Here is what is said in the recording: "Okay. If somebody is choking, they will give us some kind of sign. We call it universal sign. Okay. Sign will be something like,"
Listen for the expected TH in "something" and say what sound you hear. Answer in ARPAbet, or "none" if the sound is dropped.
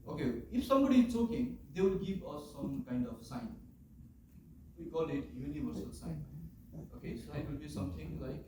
T